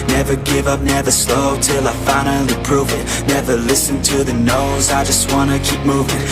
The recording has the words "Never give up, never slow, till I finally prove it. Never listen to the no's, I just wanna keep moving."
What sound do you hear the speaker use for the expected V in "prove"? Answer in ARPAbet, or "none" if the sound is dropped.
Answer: V